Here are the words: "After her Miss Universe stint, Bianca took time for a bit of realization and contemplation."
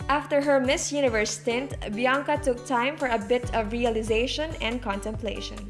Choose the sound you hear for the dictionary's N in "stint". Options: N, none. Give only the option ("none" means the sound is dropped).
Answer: N